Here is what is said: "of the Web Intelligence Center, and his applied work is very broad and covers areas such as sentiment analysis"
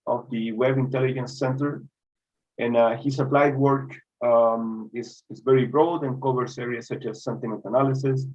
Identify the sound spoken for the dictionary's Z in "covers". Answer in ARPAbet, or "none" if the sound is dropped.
S